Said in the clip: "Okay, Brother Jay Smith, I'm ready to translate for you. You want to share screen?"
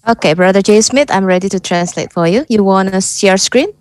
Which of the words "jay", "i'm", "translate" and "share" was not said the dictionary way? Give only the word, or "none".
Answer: share